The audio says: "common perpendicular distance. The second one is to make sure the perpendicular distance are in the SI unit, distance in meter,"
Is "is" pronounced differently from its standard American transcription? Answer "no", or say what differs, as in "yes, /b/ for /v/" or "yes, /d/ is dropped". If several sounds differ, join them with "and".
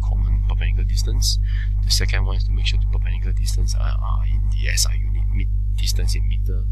yes, /s/ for /z/